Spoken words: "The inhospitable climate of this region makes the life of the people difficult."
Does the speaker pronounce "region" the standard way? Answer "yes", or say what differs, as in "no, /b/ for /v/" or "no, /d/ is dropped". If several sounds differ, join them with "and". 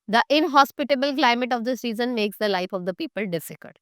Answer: no, /z/ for /dʒ/